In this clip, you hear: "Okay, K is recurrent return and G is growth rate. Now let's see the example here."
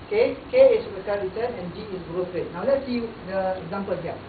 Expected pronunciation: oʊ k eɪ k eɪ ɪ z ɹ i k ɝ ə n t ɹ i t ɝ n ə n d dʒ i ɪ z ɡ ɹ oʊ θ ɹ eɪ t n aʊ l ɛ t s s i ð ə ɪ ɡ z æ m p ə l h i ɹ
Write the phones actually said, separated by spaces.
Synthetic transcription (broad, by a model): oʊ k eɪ k eɪ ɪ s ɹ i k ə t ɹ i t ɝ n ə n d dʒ i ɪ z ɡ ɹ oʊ f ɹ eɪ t n aʊ l ɛ t s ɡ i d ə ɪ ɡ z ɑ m p ə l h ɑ